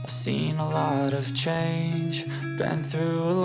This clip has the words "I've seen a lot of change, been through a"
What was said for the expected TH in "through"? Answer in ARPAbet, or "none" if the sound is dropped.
TH